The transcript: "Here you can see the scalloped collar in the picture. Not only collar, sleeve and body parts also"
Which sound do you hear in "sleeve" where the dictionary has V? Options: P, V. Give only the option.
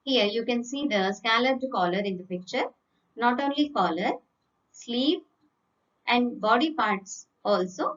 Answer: P